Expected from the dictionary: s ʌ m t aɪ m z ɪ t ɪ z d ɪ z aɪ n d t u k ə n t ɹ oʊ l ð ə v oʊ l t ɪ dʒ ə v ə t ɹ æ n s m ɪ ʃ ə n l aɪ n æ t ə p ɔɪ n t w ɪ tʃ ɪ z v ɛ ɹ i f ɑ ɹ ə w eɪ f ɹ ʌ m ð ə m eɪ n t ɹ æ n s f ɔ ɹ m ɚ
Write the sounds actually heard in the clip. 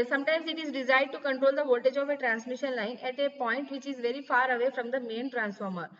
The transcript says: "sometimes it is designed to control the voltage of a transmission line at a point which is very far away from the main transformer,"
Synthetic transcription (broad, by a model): s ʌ m t aɪ m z ɪ t ɪ z d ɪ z aɪ d t u k ə n t ɹ oʊ l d ə v oʊ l t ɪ dʒ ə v ə t ɹ æ n s m ɪ ʃ ə n l aɪ n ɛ t ə p ɔɪ n t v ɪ tʃ ɪ z v ɛ ɹ i f ɑ ɹ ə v eɪ f ɹ ʌ m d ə m eɪ n t ɹ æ n s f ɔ ɹ m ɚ